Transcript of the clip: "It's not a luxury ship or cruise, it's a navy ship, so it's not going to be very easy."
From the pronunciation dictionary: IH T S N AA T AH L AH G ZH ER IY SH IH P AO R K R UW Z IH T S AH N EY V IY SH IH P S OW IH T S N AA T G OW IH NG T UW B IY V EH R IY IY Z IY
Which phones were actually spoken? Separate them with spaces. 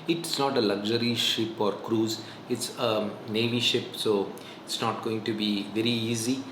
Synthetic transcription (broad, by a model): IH T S N AA T AH L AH G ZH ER IY SH IH P AO R K R UW Z IH T S AH N EY V IY SH IH P S OW IH T S N AA T G OW IH NG T UW B IY V EH R IY IY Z IY